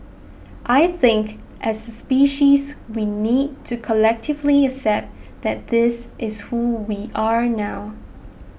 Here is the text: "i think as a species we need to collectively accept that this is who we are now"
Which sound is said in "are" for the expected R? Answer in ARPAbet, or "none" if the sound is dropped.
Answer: R